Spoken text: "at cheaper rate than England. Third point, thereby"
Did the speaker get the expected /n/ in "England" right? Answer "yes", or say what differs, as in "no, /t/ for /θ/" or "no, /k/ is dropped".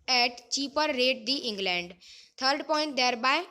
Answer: yes